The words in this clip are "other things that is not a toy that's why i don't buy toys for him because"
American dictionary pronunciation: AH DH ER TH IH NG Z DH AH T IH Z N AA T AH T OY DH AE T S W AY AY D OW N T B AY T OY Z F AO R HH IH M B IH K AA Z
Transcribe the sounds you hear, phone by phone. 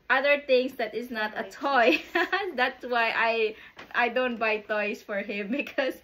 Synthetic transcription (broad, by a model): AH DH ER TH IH NG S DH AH T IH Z N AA T AH T OY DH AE T S W AY AY D OW N T B AY T OY S F AO R HH IH M B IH K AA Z